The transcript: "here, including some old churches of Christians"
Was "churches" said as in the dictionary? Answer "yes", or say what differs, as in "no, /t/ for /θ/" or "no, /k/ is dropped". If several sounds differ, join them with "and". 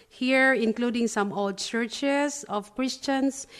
no, /s/ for /z/